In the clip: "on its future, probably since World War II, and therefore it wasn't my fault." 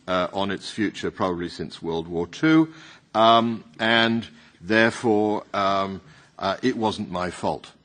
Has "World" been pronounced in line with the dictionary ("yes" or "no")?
yes